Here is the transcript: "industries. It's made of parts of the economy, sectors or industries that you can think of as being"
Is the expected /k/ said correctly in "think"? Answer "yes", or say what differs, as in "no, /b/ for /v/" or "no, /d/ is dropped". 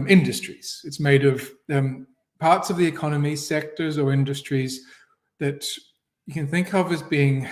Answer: yes